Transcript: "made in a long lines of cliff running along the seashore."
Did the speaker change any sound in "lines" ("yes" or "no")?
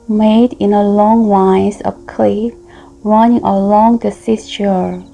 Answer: yes